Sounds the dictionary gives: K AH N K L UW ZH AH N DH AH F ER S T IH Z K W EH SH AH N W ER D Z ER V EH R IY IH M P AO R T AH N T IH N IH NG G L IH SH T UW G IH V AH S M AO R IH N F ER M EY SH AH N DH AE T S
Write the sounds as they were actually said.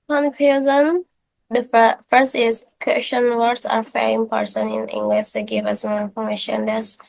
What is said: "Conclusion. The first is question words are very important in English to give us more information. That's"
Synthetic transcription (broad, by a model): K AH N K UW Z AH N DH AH F ER S T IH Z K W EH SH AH N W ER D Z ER F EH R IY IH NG P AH R S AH N IH N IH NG G L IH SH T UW G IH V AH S M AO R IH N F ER M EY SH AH N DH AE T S